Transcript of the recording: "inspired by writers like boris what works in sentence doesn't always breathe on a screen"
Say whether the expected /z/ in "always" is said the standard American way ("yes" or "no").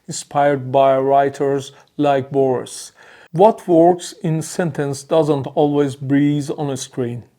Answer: yes